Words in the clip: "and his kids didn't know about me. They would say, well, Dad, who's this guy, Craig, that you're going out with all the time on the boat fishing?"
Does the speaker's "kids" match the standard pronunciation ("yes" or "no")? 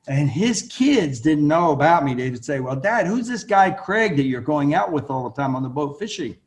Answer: yes